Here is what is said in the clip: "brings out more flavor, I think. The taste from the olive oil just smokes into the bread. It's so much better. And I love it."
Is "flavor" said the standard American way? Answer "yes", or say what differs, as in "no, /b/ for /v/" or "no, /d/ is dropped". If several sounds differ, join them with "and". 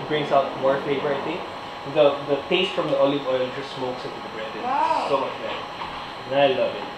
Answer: no, /l/ is dropped